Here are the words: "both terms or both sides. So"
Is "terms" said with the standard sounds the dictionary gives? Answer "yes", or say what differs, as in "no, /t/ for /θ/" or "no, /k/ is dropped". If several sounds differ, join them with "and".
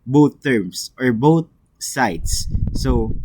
no, /s/ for /z/